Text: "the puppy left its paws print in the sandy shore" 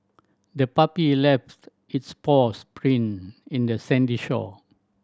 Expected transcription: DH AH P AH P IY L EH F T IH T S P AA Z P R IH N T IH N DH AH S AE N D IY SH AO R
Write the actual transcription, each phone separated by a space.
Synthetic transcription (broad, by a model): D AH P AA P IY L EH F T IH T S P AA S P R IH N IH N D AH S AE N D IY SH AO